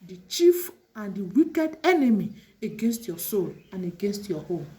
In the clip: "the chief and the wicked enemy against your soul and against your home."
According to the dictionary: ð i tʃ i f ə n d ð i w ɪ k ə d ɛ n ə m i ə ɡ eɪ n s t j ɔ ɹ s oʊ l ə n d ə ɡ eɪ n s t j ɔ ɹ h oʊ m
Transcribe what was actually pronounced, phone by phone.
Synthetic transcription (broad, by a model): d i tʃ i f ə n d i w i k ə d ɛ n ə m i ə ɡ eɪ n s t j ɔ s oʊ l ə n ə ɡ eɪ n s t j ɔ h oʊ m